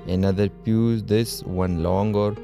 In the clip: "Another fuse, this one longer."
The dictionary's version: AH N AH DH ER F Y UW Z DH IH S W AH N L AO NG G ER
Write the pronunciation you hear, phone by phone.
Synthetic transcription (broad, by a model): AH N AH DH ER P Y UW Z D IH S W AH N L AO NG G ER